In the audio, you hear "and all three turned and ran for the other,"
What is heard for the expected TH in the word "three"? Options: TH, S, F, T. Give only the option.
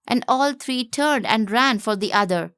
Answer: T